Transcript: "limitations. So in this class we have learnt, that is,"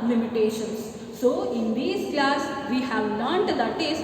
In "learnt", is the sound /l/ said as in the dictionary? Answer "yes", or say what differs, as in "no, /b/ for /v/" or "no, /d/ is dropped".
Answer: no, /n/ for /l/